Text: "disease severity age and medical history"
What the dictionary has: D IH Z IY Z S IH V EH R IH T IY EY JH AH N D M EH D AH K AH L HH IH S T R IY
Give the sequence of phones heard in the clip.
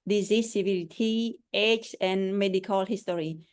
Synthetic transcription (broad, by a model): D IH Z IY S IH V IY L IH T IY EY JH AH N M EH D AH K AH L HH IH S T R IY